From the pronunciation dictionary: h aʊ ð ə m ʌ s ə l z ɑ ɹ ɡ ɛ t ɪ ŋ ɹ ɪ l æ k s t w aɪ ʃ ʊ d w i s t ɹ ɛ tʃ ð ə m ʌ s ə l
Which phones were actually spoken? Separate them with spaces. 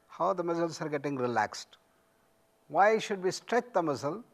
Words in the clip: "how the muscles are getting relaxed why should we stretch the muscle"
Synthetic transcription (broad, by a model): h aʊ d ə m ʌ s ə l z ɑ ɹ ɡ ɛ t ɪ ŋ ɹ ɪ l æ k s t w aɪ ʃ ʊ d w i s t ɹ ɛ tʃ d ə m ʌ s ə l